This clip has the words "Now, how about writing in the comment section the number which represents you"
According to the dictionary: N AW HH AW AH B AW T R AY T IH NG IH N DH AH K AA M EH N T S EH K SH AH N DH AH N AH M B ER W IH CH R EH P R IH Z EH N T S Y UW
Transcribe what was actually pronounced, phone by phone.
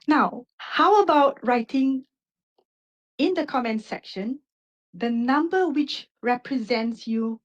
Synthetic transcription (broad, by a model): N AW HH AW AH B AW T R AY T IH NG IH N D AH K AA M EH N T S EH K SH AH N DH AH N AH M B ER W IH CH R EH P R IH Z EH N T S Y UW